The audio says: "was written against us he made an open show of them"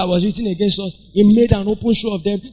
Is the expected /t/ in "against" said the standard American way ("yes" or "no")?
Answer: yes